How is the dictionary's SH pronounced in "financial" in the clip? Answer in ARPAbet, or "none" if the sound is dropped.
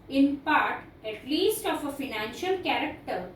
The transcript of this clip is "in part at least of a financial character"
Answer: SH